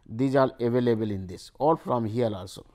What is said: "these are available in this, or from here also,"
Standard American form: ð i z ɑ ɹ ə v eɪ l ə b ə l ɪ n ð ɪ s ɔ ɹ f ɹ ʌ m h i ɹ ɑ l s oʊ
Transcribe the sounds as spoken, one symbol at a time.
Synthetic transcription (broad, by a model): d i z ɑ l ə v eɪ l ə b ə l ɪ n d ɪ s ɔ l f ɹ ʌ m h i l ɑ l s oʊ